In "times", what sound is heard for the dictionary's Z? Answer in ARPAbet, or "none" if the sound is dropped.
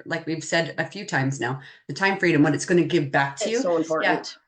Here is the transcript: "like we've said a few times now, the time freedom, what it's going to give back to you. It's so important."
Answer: Z